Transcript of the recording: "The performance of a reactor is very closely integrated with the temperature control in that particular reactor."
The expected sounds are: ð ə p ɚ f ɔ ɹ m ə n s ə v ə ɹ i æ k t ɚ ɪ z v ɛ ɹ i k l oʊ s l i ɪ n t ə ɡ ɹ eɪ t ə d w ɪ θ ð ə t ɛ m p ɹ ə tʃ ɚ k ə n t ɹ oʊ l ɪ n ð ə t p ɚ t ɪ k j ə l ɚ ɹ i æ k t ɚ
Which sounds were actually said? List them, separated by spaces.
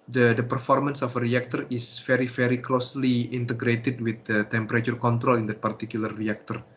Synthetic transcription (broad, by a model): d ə p ɚ f ɔ ɹ m ə n s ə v ə ɹ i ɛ k t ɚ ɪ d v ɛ ɹ i k l oʊ s l i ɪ n t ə ɡ ɹ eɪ t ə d w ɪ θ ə t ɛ m p ɹ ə tʃ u k ə n t ɹ oʊ l ɪ n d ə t p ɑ t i k j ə l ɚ ɹ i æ k t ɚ